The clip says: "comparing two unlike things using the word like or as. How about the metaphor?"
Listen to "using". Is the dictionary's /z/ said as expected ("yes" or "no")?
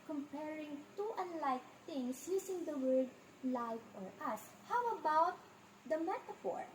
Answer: no